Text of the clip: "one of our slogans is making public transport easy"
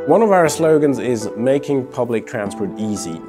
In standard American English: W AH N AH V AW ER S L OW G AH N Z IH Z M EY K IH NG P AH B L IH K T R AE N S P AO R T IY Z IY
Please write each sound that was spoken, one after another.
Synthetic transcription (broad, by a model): W AH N AH V AW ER S L OW G AH N Z IH Z M EY K IH NG P AH B L IH K T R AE N S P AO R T IY Z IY